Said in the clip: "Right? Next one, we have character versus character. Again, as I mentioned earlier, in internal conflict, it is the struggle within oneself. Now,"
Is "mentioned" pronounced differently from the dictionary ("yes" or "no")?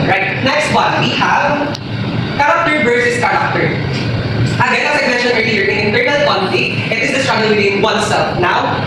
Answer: yes